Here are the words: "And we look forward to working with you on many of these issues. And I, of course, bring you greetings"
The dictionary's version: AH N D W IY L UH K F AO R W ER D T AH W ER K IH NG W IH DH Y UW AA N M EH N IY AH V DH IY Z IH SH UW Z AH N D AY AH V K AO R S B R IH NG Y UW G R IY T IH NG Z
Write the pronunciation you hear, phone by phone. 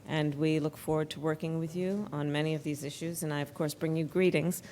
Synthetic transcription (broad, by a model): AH N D W IY L UH K F AO R W ER D T AH W ER K IH NG W IH DH Y UW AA N M EH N IY AH V DH IY Z IH SH UW Z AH N AY AH V K AO R S B R IH NG Y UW G R IY T IH NG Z